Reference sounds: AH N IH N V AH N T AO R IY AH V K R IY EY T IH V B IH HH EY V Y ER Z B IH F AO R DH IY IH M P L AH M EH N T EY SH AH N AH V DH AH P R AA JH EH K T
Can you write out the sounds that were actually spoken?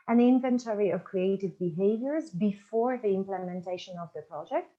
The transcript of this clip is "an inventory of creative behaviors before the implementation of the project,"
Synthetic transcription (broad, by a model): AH N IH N V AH N T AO R IY AH V K R IY EY T IH V B IH HH EY V Y ER Z B IH F AO R DH IY IH M P L AH M EH N T EY SH AH N AH V DH AH P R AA JH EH K T